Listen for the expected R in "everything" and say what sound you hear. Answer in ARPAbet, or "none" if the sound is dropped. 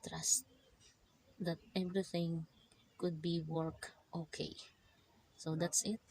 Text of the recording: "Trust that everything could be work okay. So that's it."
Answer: R